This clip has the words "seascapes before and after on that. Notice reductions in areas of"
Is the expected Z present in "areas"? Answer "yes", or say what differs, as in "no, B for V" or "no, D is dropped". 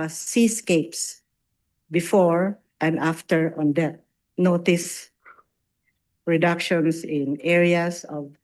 no, S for Z